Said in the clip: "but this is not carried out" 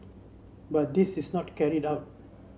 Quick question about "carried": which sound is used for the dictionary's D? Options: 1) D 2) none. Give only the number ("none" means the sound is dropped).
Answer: 1